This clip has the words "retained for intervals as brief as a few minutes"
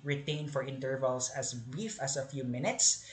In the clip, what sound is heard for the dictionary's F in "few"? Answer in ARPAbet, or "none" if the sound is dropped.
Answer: F